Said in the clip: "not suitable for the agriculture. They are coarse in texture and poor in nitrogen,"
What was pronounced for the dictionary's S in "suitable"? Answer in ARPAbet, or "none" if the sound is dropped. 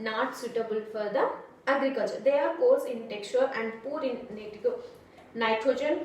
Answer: S